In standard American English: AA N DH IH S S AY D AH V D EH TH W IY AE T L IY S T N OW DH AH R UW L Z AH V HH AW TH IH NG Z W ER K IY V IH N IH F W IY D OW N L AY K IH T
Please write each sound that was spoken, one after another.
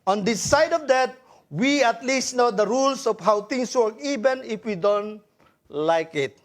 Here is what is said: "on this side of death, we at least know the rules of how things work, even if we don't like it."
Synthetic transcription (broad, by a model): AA N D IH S S AY D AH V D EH T W IY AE T L IY S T N OW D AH R UW L S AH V HH AW T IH NG S W ER K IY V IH N IH F W IY D OW N L AY K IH T